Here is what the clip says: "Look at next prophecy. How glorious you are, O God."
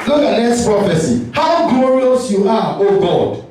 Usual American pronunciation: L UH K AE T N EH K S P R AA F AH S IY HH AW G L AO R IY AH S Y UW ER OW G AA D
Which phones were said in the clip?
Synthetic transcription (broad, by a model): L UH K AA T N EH S P R AA F AH S IY HH AW G L AO R IY AH S Y UW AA OW G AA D